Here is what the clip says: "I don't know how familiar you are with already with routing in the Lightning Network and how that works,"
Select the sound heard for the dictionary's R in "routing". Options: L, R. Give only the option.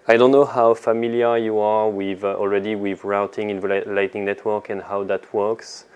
R